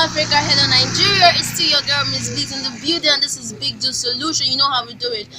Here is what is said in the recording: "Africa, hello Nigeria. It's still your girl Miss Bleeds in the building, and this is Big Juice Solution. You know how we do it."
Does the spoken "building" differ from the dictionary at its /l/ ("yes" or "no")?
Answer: yes